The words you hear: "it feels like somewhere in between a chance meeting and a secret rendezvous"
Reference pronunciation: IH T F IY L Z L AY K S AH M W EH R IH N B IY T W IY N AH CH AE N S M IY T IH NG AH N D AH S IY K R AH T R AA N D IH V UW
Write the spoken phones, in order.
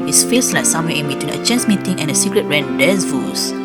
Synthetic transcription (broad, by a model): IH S F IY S L AY K S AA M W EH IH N B IY T W IY N AH CH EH N S M IY T IH NG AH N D AH S IY K R AH T R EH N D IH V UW